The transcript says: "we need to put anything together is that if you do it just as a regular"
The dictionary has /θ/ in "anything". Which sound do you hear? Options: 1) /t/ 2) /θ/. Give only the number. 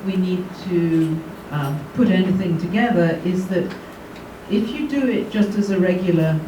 2